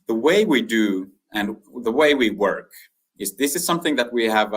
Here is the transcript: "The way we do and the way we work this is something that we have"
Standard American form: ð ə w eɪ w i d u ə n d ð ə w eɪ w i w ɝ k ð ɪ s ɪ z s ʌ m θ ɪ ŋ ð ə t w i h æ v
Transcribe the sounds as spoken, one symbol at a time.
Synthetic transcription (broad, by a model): ð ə w eɪ w i d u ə n ð ə w eɪ w i w ɝ k ð ɪ s ɪ z s ʌ m θ ɪ ŋ ð ə t w i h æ v